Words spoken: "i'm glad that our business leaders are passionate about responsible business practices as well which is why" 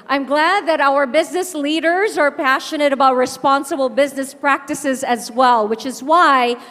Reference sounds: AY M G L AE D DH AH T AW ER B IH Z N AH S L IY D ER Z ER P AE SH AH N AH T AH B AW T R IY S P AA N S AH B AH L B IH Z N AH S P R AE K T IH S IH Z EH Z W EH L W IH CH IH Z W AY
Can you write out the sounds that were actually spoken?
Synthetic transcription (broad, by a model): AY M G L AE D DH AH T AW ER B IH Z N AH S L IY D ER Z ER P AE SH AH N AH T AH B AW T R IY S P AA N S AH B L B IH Z N AH S P R AE K T IH S IH Z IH Z W EH L W IH CH IH Z W AY